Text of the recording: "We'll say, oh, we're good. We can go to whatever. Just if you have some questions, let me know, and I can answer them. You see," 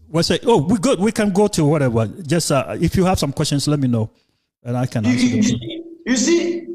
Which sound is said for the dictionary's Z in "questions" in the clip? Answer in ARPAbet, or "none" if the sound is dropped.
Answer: S